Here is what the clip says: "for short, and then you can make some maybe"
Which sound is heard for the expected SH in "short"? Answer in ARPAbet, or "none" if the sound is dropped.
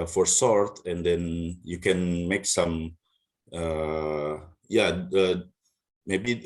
S